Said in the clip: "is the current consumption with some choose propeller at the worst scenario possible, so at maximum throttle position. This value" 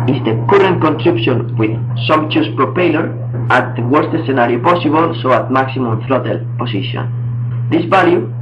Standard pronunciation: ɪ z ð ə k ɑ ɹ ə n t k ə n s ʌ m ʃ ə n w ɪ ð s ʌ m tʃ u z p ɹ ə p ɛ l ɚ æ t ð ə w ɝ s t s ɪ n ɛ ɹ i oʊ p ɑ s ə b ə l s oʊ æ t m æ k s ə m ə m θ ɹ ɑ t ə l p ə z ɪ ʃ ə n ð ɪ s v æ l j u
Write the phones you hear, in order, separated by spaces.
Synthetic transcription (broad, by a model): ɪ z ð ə k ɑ ɹ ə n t k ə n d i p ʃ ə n w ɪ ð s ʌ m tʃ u s p ɹ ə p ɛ l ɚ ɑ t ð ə w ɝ s t s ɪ n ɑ ɹ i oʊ p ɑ s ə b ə l s oʊ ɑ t m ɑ k s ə m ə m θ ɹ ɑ t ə l p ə s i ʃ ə n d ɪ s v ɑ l j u